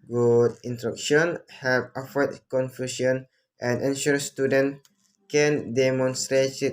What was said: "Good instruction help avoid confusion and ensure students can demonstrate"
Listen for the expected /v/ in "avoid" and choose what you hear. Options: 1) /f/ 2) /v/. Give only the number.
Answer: 1